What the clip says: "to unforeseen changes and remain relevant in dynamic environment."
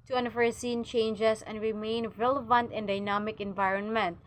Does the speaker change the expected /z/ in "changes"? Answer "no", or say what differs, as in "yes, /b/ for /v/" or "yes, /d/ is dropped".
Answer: yes, /s/ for /z/